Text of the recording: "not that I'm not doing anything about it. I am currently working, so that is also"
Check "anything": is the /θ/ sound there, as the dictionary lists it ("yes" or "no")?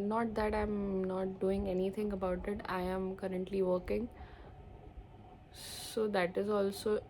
no